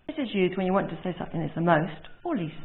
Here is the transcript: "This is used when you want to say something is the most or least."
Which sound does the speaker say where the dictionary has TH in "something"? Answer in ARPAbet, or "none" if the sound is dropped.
TH